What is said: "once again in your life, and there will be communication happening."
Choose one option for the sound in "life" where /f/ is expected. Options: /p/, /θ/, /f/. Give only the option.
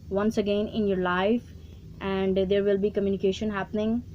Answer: /f/